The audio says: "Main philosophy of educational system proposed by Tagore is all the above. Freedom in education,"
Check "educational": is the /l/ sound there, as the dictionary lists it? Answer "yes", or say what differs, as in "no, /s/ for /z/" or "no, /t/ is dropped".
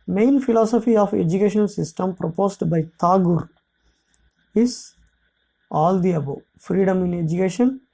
no, /n/ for /l/